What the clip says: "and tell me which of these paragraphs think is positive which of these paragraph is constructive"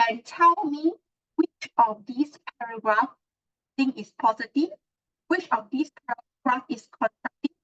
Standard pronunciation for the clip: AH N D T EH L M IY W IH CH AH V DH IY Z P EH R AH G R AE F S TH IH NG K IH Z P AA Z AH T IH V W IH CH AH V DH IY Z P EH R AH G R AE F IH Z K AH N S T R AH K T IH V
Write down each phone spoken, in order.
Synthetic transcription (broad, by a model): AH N T EH L M IY W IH CH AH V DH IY S P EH R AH G R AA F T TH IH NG IH S P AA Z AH T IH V W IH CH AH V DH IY S P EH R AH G R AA F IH S K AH N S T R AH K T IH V